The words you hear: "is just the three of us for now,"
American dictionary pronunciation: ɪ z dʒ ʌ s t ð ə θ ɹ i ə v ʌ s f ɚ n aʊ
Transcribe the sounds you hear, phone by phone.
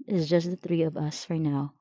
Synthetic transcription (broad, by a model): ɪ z dʒ ʌ s t ð ə θ ɹ i ə v ʌ s f ɚ n aʊ